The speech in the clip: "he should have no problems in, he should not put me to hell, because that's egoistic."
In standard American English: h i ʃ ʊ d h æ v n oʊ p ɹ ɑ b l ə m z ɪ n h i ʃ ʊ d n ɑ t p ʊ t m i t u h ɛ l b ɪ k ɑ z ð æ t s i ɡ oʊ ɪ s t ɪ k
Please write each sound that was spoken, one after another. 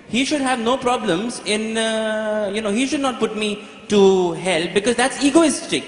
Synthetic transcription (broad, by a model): h i ʃ ʊ d h æ v n oʊ p ɹ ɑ b l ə m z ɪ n h i ʃ ʊ d n ɑ t p ʊ t m i t u h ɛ l b ɪ k ɑ z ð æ t s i ɡ oʊ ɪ s t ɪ k